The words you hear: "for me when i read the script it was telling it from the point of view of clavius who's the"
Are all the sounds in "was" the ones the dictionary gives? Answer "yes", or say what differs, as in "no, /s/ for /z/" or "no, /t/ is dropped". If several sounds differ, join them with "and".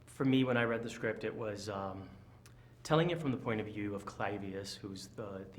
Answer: yes